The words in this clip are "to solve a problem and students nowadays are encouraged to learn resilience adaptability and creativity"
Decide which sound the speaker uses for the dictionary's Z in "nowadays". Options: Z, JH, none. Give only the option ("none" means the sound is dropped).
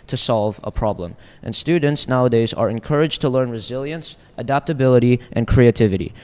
Z